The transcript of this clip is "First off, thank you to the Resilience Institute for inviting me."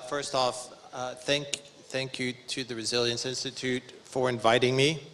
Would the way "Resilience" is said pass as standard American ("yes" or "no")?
yes